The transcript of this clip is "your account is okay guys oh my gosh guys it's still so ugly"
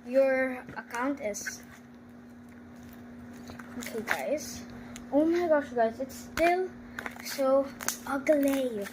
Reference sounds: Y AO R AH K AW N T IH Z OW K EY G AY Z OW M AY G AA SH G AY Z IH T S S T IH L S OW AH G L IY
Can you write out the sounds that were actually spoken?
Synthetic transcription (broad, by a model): Y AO R AH K AW N T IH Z OW K EY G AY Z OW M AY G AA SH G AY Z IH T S S T IH L S OW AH G L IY